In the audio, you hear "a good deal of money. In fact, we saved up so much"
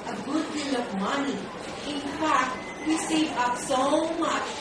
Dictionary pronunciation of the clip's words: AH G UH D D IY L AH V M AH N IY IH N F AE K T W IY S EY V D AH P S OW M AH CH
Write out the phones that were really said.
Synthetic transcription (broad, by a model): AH G UH D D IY L AH V M AH N IY IH N F AE K T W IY S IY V AH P S OW M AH CH